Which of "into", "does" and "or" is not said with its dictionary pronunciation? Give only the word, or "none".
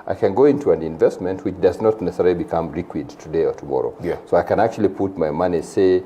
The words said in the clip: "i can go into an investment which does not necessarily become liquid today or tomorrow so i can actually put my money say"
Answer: none